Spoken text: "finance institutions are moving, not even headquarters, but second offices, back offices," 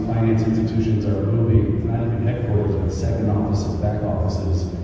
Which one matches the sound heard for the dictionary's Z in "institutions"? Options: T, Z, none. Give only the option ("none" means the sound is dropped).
Z